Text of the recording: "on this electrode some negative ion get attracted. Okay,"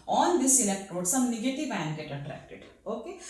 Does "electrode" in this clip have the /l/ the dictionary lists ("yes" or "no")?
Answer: no